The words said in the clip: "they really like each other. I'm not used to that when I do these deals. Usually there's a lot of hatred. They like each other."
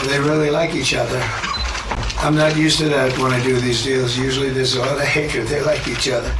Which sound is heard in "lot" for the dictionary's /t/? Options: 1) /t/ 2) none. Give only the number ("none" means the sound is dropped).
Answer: 2